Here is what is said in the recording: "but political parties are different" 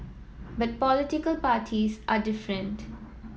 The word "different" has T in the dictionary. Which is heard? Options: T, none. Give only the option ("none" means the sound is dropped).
T